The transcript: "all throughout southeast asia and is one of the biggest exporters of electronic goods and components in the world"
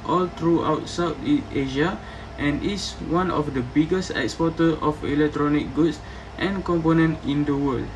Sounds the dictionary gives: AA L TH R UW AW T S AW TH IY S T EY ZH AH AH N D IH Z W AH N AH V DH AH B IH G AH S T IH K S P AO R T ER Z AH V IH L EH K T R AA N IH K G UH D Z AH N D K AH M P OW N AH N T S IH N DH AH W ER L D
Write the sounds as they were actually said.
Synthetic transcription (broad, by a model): AA L T R UW AW T S AW T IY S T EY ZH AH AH N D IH S W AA N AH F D AH B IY G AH S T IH K S P AO T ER AH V IH L EH K T R AA N IH K G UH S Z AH N K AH M P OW N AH N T IH N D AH W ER L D